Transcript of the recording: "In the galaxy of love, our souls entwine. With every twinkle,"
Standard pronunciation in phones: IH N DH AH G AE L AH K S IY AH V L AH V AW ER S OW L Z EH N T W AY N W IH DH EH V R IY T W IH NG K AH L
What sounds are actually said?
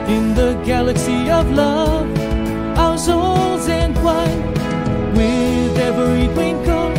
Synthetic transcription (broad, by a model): IH N DH AH G AE L AH K S IY AH V L AH V AW ER S OW L Z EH N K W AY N W IH DH EH V R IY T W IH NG K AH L